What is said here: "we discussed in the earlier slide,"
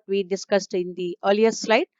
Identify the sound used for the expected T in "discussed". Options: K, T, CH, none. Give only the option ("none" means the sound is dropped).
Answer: T